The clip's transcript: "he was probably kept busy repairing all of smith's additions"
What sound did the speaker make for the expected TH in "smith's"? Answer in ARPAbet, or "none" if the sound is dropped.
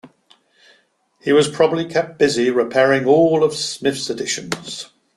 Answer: F